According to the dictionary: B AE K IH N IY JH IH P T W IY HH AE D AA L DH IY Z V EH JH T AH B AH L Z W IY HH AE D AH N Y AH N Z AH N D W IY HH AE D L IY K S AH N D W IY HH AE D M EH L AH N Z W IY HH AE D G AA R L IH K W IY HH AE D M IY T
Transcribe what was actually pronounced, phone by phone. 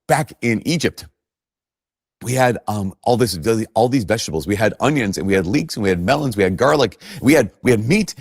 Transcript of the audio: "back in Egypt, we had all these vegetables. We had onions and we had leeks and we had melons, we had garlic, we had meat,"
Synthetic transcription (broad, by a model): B AE K IH N IY JH IH P T W IY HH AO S AA L DH IY Z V EH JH T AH B L Z W IY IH D AH N Y AH N Z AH N W IY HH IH D L IY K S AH N W IY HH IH D M EH L AH N Z W IY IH D G AA R L IH K W IY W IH D M IY T